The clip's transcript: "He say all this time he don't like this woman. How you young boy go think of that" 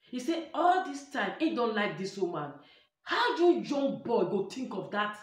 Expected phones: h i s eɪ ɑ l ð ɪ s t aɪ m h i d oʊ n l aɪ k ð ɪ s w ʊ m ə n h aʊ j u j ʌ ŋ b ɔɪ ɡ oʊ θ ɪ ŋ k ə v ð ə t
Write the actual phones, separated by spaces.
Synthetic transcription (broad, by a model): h i s eɪ ɑ l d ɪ s t aɪ m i d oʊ n l aɪ k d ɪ s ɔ m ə n h aʊ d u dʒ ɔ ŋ b ɔɪ ɡ oʊ t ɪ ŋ k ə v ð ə t